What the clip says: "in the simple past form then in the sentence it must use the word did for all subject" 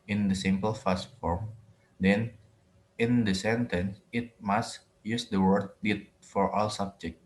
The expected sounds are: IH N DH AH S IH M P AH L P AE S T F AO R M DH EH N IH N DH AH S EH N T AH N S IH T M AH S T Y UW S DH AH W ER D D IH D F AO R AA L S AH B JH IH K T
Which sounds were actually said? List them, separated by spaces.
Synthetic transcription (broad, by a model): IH N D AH S IH M P AH L F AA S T F AO R M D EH N IH N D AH S EH N T AH N S IH T M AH S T Y UW S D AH W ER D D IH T F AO R AA L S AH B JH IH K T